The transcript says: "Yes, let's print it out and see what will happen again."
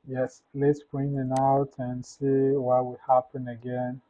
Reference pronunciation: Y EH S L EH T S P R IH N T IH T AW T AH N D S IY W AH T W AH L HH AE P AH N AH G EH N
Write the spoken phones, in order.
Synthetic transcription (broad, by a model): Y EH S L EH T S B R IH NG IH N AW T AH N S IY W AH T W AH HH AE P AH N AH G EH N